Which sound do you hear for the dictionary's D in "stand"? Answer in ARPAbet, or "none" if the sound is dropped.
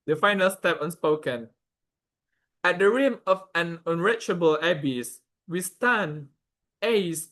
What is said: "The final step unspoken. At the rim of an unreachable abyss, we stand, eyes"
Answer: none